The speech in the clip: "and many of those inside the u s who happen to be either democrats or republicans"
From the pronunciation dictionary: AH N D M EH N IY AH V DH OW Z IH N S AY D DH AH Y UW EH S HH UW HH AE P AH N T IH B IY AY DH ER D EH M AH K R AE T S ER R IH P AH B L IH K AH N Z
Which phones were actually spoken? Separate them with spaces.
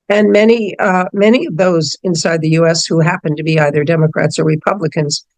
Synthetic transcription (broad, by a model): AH N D M EH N IY AH V DH OW Z IH N S AY D DH AH Y UW EH S HH UW HH AE P AH N T IH B IY AY DH ER D EH M AH K R AE T S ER R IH P AH B L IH K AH N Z